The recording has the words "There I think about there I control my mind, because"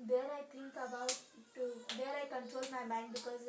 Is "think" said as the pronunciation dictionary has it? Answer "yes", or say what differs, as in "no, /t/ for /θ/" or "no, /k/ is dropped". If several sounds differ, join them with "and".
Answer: no, /t/ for /θ/